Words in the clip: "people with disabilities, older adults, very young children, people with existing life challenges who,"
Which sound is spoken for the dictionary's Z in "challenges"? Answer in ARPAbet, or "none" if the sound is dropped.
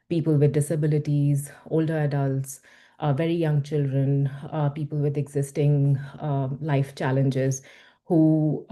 Z